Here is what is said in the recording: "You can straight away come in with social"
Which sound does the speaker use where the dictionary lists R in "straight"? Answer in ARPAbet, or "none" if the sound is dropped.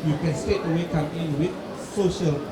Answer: none